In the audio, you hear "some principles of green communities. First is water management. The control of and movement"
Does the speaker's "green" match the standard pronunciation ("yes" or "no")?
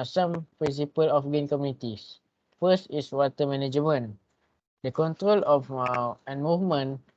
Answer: no